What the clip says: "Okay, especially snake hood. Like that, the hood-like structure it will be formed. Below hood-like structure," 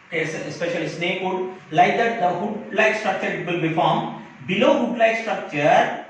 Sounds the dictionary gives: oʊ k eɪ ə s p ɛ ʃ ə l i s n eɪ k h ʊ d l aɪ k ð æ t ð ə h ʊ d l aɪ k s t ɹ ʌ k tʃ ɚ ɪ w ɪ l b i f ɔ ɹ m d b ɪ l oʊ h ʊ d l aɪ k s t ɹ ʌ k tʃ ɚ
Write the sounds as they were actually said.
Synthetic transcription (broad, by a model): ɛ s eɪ s p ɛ ʃ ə l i s n eɪ k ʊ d l aɪ k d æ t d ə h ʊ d l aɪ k s t ɹ ʌ k tʃ ɚ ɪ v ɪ l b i f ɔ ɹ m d b ɪ l oʊ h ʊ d l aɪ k s t ɹ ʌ k tʃ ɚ